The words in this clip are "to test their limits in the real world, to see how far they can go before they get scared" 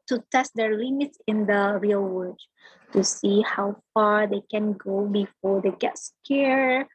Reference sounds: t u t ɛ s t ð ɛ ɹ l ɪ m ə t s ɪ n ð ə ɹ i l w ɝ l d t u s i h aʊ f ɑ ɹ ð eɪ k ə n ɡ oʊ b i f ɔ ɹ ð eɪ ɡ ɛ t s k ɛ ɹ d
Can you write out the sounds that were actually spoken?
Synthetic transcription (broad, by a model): t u t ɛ s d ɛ ɹ l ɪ m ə t s ɪ n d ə ɹ i l w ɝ d t u s i h aʊ f ɑ ɹ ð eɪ k ə n ɡ oʊ b i f ɔ ɹ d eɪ ɡ ɛ t s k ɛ ɹ